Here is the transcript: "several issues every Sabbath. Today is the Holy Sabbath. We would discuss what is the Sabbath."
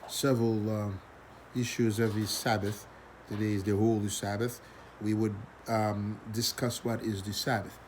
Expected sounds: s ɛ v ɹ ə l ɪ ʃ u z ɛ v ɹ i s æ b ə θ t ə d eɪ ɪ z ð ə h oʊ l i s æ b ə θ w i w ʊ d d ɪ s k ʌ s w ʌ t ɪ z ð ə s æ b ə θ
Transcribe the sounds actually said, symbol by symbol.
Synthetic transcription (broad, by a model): s ɛ v ɹ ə l ɪ ʃ u z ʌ v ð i s æ b ə θ t ə d eɪ ɪ z ð ə h oʊ l i s æ b ə θ w i w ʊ d d ɪ s k ʌ s w ʌ t ɪ z ð ə s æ b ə θ